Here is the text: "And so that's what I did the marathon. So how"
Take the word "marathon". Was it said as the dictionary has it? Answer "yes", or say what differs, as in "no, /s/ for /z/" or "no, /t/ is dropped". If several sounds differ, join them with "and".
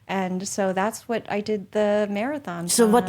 yes